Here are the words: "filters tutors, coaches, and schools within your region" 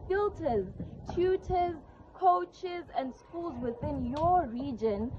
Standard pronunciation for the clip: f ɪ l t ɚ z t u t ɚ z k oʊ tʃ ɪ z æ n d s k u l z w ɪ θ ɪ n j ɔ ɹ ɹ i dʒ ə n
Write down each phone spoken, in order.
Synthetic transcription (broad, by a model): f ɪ l t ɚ z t u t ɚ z k oʊ tʃ ɪ z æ n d s k u l z w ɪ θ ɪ n j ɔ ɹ ɹ i dʒ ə n